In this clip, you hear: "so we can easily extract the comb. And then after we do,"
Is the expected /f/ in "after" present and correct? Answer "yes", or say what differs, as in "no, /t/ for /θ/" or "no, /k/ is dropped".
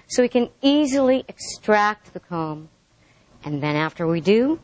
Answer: yes